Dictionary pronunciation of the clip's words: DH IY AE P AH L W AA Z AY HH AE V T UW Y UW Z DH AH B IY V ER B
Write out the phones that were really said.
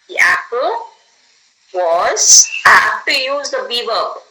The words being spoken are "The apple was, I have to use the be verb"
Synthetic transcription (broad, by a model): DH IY AE P AH L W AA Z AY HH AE F T UW Y UW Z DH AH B IY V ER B